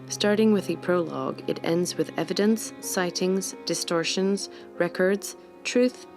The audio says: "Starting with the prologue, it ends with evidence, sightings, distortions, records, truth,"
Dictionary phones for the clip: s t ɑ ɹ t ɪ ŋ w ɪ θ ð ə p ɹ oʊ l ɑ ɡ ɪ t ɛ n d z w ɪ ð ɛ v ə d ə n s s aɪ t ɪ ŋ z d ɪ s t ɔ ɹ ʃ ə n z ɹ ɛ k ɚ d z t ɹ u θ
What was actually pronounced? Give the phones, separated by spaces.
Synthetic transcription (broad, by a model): s t ɑ ɹ t ɪ ŋ w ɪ ð ə p ɹ oʊ l ɑ ɡ ɪ t ɛ n d z w ɪ ð ɛ v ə d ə n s s aɪ t ɪ ŋ z d ɪ s t ɔ ɹ ʃ ə n z ɹ ɛ k ɚ d z t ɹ u θ